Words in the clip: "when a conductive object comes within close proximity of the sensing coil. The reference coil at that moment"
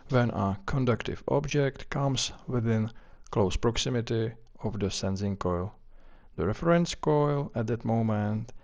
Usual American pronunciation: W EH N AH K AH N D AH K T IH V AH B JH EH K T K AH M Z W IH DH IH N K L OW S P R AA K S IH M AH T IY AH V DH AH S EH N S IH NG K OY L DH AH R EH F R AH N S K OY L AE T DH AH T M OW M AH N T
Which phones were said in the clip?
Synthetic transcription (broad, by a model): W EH N AH K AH N D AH K T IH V AH B JH EH K T K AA M S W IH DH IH N K L OW S P R AA K S IH M AH T IY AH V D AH S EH N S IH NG K OY L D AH R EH F R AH N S K OY L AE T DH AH T M OW M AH N T